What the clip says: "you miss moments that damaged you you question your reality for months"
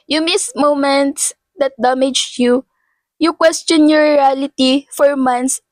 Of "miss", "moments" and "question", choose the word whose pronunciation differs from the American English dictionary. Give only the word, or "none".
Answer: none